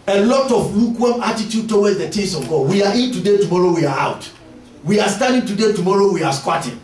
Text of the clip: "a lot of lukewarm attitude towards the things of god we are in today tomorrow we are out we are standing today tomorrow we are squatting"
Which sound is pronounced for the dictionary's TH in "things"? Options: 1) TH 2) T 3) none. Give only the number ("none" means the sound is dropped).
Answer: 2